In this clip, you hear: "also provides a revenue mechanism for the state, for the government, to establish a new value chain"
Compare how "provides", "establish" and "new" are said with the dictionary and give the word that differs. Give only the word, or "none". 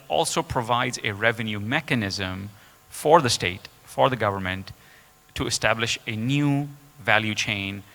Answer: none